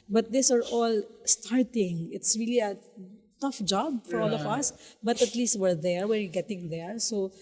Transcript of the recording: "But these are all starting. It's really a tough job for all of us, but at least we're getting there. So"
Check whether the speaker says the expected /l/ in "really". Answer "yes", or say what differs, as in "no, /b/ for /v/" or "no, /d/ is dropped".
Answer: yes